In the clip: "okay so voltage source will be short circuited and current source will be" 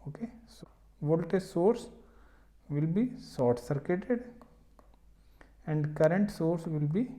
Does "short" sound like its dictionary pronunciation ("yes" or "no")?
no